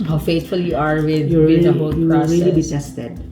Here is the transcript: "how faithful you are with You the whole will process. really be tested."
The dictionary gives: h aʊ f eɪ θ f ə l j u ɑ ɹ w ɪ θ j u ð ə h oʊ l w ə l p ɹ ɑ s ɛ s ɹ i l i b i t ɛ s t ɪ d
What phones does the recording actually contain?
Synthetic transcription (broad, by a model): h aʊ f eɪ t f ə l j u ɑ ɹ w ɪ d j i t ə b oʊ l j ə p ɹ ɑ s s ɹ i l i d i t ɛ s t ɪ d